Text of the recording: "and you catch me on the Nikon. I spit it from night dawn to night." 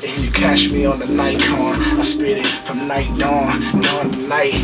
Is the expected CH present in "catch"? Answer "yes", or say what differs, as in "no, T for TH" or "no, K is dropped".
no, SH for CH